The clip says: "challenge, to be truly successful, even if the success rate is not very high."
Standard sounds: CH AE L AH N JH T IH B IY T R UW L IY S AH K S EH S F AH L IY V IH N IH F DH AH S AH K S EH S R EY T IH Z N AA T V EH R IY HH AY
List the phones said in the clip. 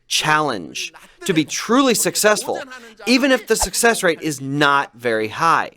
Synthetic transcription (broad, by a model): CH AE L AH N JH T IH B IY T R UW L IY S AH K S EH S F AH L IY V IH N IH F DH AH S AH K S EH S R EY T IH Z N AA T V EH R IY HH AY